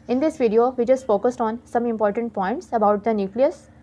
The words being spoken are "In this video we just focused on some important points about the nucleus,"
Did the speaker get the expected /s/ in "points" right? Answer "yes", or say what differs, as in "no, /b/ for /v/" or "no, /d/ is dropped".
yes